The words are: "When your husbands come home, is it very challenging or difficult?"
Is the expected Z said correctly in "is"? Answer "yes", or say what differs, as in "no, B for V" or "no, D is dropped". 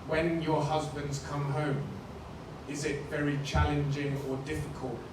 yes